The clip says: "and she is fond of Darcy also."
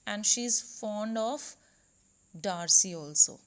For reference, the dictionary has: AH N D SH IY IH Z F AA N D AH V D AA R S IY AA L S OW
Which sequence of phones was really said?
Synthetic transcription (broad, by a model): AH N D SH IY IH Z F AA N D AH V D AA R S IY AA L S OW